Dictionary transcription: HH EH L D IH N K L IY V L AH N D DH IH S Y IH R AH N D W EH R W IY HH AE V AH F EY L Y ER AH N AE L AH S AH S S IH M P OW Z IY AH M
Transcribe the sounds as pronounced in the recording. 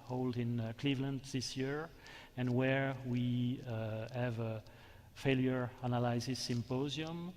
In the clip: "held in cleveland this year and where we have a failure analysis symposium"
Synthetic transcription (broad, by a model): HH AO L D IH N K L IY V L AH N D DH IH S Y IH R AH N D W EH R W IY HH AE V AH F EY L Y ER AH N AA L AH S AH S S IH M P OW Z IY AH M